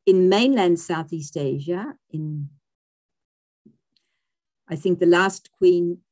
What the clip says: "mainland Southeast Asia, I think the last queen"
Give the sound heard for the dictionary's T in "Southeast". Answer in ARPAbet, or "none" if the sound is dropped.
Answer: T